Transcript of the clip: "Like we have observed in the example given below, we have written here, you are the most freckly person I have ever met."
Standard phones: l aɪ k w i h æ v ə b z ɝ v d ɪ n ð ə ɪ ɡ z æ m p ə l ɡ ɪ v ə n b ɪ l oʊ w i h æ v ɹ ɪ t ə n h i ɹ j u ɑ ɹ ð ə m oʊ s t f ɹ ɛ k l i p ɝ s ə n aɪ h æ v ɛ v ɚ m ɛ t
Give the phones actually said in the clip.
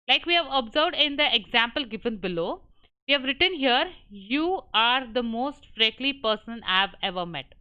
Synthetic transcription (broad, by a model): l aɪ k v i h æ v ə b z ɝ v d ɪ n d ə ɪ ɡ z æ m p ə l ɡ ɪ v ə n b ɪ l oʊ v i h æ v ɹ ɪ t ə n h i ɹ j u ɑ ɹ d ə m oʊ s t f ɹ ɛ k l i p ɝ s ə n aɪ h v ɛ v ɚ m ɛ t